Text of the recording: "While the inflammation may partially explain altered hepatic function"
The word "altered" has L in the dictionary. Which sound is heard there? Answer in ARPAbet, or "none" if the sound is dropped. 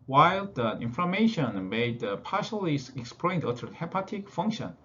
none